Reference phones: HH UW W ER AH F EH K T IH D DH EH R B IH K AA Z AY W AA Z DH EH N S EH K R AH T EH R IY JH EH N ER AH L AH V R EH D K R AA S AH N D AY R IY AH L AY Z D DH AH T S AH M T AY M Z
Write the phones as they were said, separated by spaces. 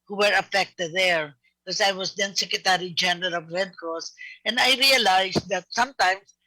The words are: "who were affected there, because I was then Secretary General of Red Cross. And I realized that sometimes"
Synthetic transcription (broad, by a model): HH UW W ER AH F EH K T IH D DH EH R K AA S AY W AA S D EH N S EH K R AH T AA R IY JH EH N ER AH L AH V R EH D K AA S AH N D AY R IY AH L AY S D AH T S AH M T AY M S